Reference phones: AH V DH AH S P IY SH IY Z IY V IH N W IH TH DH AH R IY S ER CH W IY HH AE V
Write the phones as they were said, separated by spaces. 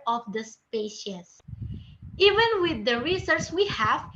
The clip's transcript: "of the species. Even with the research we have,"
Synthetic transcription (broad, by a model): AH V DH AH S P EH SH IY S IY V IH N W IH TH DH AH R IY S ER S W IY HH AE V